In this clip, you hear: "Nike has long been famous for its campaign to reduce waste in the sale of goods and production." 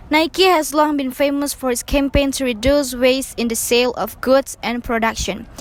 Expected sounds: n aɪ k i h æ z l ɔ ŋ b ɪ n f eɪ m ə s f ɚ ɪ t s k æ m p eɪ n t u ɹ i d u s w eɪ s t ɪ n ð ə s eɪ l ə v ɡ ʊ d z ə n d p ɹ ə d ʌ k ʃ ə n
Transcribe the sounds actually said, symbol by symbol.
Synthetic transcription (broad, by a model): n aɪ k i h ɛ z l ɔ ŋ b ɪ n f eɪ m ə s f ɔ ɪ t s k æ m p eɪ n t u ɹ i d u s w eɪ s ɪ n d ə s eɪ l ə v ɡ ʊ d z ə n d p ɹ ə d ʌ k ʃ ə n